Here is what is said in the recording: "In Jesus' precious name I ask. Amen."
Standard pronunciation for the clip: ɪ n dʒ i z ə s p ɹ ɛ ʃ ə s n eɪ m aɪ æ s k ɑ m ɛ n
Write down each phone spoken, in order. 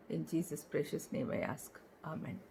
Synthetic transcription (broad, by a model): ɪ n dʒ i z ə s p ɹ ɛ ʃ ə s n eɪ m aɪ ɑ s k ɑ m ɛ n